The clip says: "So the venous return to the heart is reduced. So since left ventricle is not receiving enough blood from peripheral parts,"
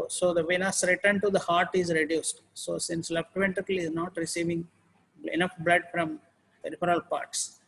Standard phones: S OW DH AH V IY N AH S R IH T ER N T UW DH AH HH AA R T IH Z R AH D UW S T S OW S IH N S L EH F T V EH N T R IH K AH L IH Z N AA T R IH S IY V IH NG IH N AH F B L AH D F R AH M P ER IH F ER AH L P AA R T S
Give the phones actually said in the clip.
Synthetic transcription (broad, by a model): S OW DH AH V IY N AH S R IH T ER N T UW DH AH HH AA R T IH Z R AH D UW S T S OW S IH N S L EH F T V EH N T IH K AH L IH Z N AA T R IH S IY V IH NG IH N AH F B L AH D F R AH M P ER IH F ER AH L P AA R T S